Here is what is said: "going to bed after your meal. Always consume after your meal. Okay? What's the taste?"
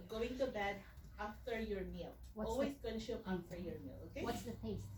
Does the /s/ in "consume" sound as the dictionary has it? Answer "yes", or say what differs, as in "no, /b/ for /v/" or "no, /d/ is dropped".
no, /s/ is dropped